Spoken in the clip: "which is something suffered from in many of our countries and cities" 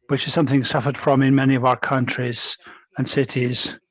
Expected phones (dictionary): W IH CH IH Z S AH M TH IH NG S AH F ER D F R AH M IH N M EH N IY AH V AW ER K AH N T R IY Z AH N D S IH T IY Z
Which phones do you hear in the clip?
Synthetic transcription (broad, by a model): W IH CH IH Z S AH M TH IH NG S AH F ER D F R AH M IH N M EH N IY AH V AW ER K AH N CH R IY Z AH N S IH T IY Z